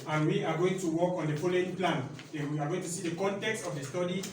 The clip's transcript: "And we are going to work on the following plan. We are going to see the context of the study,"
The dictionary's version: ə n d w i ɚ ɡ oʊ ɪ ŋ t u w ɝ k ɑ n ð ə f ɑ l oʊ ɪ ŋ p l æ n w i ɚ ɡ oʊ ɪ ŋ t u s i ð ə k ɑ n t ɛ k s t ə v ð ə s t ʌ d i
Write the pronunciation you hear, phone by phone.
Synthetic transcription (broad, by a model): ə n w i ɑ ɡ oʊ ɪ ŋ t u w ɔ k ɑ n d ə p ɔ l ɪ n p l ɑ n w i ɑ ɡ oʊ ɪ ŋ t u s i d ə k ɑ n t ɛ k s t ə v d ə s t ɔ d i